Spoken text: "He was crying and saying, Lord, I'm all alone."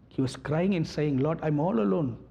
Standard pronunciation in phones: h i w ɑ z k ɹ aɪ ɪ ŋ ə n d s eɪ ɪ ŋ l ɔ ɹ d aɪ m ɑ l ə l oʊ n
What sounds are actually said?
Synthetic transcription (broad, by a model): h i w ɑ s k ɹ aɪ ɪ ŋ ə n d s eɪ ɪ ŋ l ɔ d aɪ m ɑ l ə l oʊ n